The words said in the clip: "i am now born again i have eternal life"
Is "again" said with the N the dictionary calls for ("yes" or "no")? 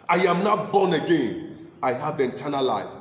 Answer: yes